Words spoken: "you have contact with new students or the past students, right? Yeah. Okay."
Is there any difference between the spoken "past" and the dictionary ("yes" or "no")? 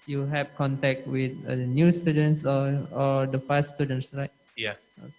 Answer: yes